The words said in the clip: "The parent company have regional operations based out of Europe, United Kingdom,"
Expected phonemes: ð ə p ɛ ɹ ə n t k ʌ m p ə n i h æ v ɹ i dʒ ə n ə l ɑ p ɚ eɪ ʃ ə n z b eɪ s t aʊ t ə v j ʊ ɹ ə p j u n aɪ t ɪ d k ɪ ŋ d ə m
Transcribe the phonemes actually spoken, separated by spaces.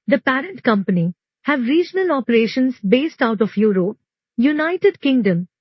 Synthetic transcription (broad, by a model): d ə p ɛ ɹ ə n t k ʌ m p ə n i h æ v ɹ i dʒ ə n ə l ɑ p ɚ eɪ ʃ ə n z b eɪ s t aʊ t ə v j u ɹ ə p j u n aɪ t ɪ d k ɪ ŋ d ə m